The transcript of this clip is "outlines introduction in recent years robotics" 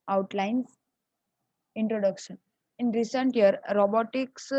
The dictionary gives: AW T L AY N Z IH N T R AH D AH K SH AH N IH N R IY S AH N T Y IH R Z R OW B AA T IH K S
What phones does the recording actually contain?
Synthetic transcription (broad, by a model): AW T L AY N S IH N T R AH D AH K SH AH N IH N R IY S AH N T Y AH R R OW B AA T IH K S